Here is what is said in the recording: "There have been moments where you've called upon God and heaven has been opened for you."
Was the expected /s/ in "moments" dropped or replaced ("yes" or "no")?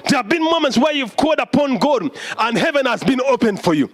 no